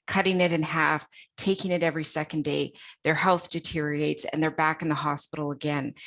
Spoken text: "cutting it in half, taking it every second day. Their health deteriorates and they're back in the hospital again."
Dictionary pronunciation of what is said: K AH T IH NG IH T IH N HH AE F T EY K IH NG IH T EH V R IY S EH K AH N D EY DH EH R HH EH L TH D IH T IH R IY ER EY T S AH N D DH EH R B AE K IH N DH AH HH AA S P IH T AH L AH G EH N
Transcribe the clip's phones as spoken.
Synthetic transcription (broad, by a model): K AH T IH NG IH T IH N HH AE F T EY K IH NG IH T EH V R IY S EH K AH N D EY DH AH R HH EH L TH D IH T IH R IY EY T S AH N DH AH R B AE K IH N DH AH HH AA S P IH T L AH G EH N